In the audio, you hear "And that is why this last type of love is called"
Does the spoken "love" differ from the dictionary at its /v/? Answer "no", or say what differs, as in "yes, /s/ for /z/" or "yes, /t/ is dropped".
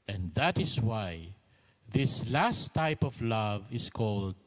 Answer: no